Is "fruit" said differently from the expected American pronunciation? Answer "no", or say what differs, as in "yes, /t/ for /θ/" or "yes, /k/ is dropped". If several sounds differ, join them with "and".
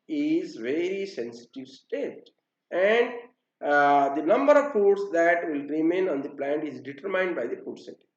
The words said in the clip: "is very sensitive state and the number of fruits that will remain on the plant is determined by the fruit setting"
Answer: yes, /ɹ/ is dropped